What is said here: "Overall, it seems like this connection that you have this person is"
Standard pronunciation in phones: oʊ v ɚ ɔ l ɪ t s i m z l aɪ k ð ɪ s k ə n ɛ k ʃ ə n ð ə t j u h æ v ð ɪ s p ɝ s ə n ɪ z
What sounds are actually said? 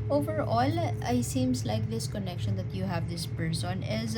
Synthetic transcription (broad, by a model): oʊ v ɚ ɔ l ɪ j s i m s l aɪ k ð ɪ s k ə n ɛ k ʃ ə n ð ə t j u h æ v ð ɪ s p ɝ s ə n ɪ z